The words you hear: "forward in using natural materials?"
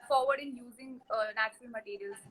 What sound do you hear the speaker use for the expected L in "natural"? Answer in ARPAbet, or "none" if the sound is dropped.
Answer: L